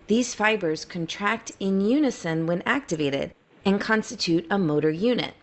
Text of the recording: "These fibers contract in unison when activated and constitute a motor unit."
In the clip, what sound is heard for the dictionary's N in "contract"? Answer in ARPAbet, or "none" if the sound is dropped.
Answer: N